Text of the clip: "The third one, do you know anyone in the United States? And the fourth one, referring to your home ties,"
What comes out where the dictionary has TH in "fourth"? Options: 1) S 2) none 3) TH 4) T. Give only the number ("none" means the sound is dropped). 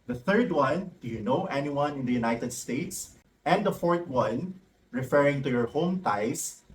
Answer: 4